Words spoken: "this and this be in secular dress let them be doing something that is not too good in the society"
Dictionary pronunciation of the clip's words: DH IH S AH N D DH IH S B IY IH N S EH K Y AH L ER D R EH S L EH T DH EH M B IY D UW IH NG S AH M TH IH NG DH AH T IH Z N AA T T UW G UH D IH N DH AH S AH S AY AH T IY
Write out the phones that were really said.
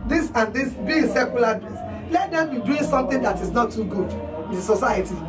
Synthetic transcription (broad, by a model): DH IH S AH N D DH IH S B IY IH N S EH K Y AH L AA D EH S L EH T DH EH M B IY D UW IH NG S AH M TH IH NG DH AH T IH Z N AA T T UW G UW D IH N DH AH S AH S AY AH T IY